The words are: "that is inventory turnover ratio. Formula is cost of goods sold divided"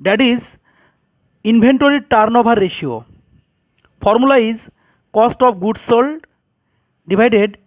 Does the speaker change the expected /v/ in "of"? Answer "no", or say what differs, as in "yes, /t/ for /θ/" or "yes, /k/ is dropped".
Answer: yes, /p/ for /v/